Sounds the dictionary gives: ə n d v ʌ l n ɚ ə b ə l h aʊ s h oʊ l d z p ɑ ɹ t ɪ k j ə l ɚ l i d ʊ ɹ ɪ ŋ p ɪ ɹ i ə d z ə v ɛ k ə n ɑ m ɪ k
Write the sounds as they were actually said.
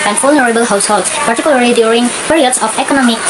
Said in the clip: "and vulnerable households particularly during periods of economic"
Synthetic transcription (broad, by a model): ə n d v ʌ l n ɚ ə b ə l h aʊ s h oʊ l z p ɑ ɹ t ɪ k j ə l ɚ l i d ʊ ɹ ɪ ŋ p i ɹ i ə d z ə p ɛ k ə n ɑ m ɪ k